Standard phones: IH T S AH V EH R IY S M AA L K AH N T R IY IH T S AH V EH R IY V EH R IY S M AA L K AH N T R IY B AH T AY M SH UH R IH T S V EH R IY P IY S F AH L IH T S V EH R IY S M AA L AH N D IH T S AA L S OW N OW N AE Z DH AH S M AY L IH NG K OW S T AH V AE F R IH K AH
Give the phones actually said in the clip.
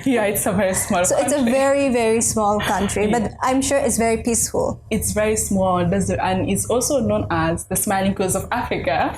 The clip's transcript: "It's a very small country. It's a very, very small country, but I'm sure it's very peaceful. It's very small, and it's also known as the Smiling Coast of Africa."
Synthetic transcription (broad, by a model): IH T S AH V EH R IY S M AA L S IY IH T S AH V EH R IY V EH R IY S M AA L K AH N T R IY B AH T AY M SH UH R IH T S V EH R IY P IY S F AH L IH T S V EH R IY S M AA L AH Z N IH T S AA L S OW N OW N AE Z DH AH S M AY L IH NG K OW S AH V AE F R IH K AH